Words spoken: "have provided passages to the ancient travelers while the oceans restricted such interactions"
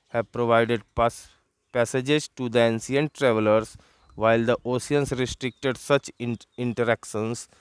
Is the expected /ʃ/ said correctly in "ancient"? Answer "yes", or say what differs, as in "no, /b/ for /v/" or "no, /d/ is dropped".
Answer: no, /s/ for /ʃ/